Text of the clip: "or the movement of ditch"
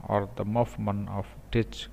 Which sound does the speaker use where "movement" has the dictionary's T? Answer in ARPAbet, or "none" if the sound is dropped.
none